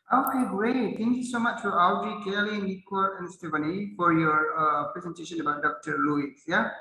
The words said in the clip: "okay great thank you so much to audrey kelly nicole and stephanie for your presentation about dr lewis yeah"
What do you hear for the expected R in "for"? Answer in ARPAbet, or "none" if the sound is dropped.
R